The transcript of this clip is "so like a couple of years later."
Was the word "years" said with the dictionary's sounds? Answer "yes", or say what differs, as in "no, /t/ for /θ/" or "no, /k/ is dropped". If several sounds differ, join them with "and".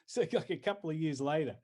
yes